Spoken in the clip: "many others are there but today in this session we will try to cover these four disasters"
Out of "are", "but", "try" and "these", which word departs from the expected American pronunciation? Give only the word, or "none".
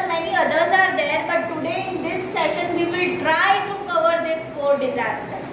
these